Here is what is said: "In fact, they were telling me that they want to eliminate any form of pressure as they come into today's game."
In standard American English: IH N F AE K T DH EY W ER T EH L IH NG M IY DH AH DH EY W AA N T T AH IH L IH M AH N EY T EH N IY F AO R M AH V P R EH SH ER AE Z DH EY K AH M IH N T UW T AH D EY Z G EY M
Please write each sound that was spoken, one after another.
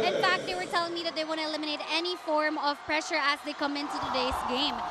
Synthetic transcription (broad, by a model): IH N F AE K T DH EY W ER T EH L IH NG M IY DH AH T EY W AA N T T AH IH L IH M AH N EY T EH N IY F AO R M AH V P R EH SH ER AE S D EY K AH M IH N T UW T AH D EY S G EY M